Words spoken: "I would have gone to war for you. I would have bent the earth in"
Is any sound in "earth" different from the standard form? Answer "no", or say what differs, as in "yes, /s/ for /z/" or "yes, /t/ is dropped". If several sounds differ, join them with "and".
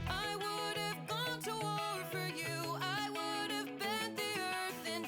no